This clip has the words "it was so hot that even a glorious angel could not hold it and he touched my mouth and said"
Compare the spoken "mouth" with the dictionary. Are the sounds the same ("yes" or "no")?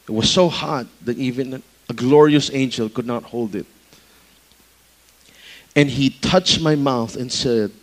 yes